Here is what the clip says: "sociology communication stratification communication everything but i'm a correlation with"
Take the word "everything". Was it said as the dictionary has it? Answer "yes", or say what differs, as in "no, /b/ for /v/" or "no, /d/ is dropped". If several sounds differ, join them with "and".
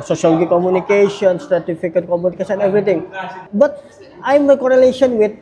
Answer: no, /t/ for /θ/